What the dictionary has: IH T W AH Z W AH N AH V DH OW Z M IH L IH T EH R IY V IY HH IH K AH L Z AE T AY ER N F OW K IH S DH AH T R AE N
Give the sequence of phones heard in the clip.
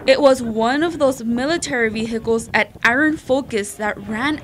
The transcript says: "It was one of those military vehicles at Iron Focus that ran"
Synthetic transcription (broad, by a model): IH T W AH Z W AH N AH V DH OW Z M IH L IH T EH R IY V IY HH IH K L Z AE T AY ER N F OW K IH S DH AH T R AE N